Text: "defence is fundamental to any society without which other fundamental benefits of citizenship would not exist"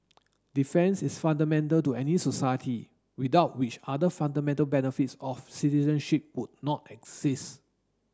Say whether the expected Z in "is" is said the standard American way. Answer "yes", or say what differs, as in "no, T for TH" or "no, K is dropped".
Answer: no, S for Z